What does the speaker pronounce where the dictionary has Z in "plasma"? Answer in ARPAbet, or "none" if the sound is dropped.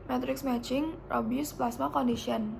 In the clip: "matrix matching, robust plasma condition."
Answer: S